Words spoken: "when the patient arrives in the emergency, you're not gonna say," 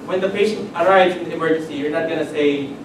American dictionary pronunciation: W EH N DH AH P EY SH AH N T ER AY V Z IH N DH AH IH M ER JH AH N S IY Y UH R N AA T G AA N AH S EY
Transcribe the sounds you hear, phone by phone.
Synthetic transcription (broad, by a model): W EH N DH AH P EY SH AH N T ER AY V Z IH N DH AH IH M ER JH AH N S IY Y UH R N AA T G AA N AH S EY